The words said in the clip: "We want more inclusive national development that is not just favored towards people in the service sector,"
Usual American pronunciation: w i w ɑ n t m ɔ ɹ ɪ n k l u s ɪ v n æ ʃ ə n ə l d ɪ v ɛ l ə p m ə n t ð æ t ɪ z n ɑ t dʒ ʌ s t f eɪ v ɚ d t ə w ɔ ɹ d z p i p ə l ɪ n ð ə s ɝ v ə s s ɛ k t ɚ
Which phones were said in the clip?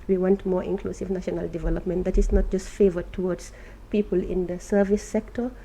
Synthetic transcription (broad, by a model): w i w ɑ n t m ɔ ɹ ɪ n k l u s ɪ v n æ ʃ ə n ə l d ɪ v ɛ l ə p m ə n t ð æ t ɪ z n ɑ t dʒ ʌ s t f eɪ v ɚ d t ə w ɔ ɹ d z p i p ə l ɪ n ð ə s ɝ v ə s s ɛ k t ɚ